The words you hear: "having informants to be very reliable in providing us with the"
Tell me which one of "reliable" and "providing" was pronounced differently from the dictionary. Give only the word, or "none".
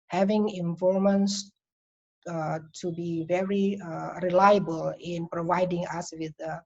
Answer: none